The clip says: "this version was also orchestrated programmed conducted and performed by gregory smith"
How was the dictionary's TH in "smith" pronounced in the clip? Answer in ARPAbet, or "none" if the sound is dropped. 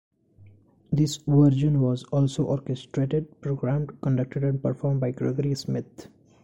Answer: T